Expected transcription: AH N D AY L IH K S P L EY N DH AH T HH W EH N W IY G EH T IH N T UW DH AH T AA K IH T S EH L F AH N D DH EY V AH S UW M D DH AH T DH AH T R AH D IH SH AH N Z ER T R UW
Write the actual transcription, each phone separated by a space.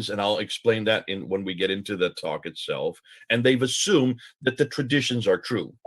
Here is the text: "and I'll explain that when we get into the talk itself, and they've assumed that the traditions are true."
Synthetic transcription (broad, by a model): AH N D AY L IH K S P L EY N DH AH T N W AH N W IY G EH T IH N T UW DH AH T AA K IH T S EH L F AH N DH EY V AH S UW M DH AH T DH AH T R AH D IH SH AH N Z ER T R UW